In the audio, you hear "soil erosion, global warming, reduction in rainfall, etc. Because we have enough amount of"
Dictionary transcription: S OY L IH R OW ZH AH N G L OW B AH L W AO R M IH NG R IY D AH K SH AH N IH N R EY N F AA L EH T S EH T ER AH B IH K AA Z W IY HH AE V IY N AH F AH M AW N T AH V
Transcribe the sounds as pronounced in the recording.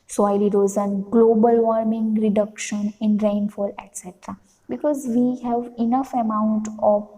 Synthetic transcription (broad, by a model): S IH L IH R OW Z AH N G L OW B AH L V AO R M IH NG R IY D AH K SH AH N IH N R EY N F AA L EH T S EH T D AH B IH K AA Z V IY HH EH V IY N AH F AH M AW N T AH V